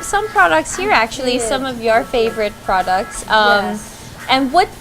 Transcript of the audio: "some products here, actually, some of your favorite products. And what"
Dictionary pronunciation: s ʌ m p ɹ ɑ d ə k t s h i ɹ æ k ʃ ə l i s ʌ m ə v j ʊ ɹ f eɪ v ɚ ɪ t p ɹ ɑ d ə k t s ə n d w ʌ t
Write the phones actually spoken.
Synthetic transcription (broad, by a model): s ʌ m p ɹ ɑ d ə k t s h i ɹ æ k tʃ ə l i s ʌ m ə v j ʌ ɹ f eɪ v ɚ ɪ t p ɹ ɑ d ə k t s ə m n w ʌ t